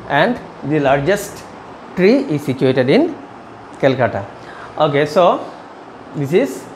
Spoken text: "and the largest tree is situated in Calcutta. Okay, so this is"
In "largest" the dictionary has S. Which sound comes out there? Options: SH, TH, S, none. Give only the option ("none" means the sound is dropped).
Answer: S